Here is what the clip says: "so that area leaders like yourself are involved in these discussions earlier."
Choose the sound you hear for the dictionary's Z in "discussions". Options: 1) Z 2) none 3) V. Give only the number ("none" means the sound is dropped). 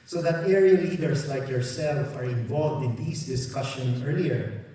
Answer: 2